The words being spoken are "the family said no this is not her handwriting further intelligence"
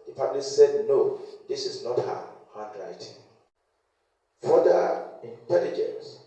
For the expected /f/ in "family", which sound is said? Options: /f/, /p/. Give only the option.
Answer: /p/